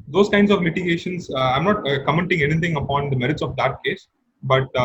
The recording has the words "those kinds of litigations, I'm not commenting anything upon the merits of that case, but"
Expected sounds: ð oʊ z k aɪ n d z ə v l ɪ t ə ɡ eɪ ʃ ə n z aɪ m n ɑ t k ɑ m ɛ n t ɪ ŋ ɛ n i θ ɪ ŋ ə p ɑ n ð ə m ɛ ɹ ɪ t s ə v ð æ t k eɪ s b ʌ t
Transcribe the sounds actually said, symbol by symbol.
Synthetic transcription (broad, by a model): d oʊ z k aɪ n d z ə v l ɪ t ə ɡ eɪ ʃ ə n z aɪ m n ɑ t k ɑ m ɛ n t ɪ ŋ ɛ n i t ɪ ŋ ə p ɑ n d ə m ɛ ɹ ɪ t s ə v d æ t k eɪ s b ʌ t